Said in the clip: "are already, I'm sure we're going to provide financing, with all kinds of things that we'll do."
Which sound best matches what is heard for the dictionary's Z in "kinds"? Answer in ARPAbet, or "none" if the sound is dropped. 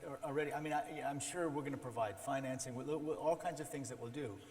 Z